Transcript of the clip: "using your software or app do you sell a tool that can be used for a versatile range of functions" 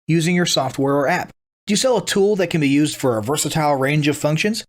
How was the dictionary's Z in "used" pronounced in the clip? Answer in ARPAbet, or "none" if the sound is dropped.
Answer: Z